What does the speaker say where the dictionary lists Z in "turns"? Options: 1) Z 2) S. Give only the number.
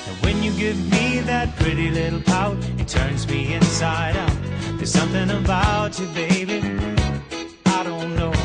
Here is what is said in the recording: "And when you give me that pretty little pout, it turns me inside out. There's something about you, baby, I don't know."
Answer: 1